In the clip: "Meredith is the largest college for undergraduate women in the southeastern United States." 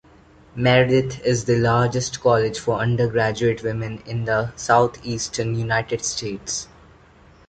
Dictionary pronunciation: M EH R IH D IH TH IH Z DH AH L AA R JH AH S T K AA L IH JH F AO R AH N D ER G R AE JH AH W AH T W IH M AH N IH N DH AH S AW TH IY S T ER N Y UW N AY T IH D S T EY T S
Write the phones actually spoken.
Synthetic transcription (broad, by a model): M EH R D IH T IH Z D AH L AA R JH AH S T K AA L IH JH F AO R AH N D ER G R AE JH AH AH T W IH M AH N IH N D AH S AW T IY S T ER N Y UW N AY T IH D S T EY T S